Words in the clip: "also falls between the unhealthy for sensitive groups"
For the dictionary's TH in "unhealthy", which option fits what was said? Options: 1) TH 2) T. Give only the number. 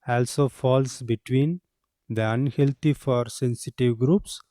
2